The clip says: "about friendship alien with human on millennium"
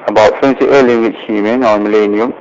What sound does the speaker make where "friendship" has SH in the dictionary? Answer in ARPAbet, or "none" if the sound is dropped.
S